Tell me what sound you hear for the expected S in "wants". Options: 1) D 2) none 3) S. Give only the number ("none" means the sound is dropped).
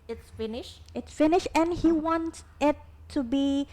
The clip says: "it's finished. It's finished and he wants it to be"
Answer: 2